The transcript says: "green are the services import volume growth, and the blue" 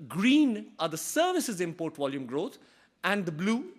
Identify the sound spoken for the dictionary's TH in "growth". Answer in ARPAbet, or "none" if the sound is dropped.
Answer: T